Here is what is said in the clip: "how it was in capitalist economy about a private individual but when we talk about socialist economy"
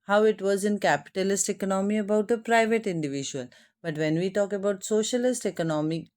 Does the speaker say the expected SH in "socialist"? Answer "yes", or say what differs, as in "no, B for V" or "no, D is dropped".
yes